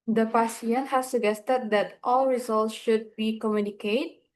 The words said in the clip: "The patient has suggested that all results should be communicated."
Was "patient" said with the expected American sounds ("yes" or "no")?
no